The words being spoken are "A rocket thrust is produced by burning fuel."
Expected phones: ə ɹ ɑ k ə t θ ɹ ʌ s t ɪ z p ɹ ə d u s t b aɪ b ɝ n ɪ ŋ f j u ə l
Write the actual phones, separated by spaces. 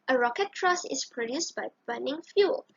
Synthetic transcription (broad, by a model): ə ɹ ɑ k ə t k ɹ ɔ s ɪ s p ɹ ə d u s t b aɪ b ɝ n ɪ ŋ f j u l